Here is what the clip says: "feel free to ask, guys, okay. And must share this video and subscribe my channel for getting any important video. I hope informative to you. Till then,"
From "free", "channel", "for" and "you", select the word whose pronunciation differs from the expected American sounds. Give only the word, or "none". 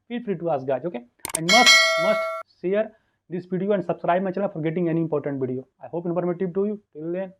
channel